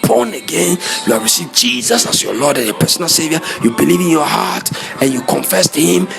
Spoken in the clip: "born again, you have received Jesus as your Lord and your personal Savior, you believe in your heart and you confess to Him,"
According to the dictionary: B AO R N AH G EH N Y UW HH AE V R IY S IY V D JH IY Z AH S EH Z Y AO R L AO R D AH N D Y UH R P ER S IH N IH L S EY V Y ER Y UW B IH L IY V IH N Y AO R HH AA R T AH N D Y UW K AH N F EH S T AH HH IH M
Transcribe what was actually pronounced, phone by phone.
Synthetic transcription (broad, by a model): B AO N AH G EH N Y UW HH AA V R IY S IY V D JH IY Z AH S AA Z Y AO L AO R D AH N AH P ER S IH N IH L S EY V Y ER Y UW B IH L IY V IH N Y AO HH AA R T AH N Y UW K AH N F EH S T HH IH M